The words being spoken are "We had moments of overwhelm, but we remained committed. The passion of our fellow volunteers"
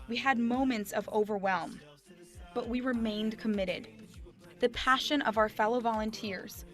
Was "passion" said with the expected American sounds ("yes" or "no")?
yes